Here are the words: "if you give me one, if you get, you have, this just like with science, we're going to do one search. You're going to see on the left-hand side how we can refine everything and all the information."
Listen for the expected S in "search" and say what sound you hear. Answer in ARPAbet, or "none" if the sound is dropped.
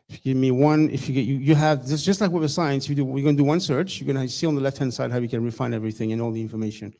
S